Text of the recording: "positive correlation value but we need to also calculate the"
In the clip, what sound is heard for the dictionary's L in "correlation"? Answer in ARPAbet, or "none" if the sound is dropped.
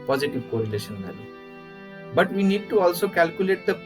L